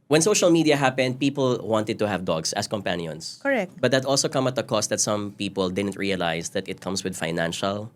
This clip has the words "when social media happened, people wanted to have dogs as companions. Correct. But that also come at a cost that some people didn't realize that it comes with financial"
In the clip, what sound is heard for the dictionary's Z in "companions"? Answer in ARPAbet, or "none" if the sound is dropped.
S